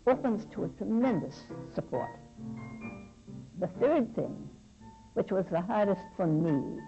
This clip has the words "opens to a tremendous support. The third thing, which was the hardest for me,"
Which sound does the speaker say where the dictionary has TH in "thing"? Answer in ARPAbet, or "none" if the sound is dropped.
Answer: TH